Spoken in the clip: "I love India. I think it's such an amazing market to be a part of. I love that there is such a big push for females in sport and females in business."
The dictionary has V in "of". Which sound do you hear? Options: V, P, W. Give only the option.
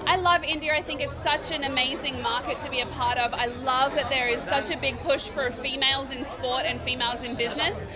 V